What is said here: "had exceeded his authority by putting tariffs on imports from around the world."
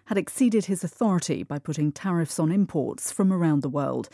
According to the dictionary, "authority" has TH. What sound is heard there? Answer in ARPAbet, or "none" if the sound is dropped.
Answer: TH